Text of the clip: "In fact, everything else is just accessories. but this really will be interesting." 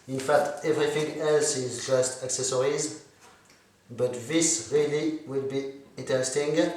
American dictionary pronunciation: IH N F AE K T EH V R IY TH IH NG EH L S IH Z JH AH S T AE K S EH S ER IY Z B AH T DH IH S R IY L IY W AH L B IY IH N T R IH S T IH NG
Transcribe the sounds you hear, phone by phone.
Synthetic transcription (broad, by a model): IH N F AE K T EH V R IY TH IH NG EH L S IH Z JH AH S T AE K S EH S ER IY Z B AH T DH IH S R IY L IY W AH L B IY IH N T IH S T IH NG